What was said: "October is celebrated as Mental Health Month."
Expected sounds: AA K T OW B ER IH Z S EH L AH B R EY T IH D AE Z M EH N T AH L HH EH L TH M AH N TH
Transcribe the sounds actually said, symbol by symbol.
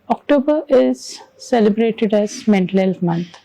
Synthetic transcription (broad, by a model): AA K T OW B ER IH Z S EH L AH B R EY T IH D AE Z M EH N T AH L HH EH L F M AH N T